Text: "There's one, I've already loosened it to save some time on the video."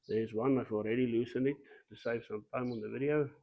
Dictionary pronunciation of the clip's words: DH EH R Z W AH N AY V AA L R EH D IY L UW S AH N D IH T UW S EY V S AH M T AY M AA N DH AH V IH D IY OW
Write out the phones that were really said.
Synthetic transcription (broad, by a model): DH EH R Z W AH N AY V AA L R EH D IY L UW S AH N IH T UW S EY V S AH M T AY M AA N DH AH V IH D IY OW